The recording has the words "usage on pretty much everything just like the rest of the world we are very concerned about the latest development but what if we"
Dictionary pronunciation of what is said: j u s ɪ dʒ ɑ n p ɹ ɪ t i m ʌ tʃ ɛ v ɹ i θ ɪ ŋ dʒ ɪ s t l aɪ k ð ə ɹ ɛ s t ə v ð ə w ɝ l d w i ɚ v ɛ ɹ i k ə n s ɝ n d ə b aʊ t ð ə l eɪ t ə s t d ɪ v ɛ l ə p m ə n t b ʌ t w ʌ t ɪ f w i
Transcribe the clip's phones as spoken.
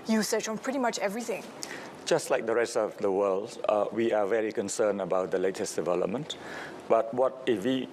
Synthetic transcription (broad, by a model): j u s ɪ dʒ ɑ n p ɹ ɪ t i m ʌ tʃ ɛ v ɹ i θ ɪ ŋ dʒ ɪ s t l aɪ k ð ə ɹ ɛ s t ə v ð ə w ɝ l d w i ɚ v ɛ ɹ i k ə n s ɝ n ə b aʊ t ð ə l eɪ t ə s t d ɪ v ɛ l ə p m ə n t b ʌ t w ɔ t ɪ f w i